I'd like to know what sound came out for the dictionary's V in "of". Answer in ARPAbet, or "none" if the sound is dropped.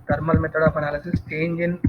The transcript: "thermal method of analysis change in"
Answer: P